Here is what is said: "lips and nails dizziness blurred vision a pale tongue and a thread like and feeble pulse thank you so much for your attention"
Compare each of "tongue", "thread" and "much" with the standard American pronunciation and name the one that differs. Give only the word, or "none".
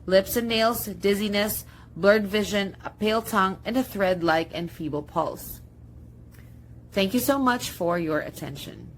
none